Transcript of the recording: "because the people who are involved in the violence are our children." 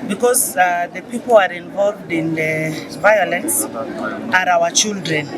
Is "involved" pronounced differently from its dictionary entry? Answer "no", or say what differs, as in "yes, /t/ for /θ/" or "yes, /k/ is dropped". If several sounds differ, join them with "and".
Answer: no